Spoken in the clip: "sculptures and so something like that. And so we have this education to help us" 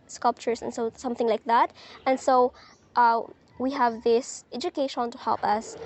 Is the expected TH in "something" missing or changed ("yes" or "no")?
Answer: no